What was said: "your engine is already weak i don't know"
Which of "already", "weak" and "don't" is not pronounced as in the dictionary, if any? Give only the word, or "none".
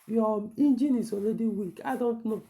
already